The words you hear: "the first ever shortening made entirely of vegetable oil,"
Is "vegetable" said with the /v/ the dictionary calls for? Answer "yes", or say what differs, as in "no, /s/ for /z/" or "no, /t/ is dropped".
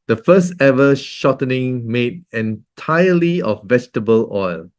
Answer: yes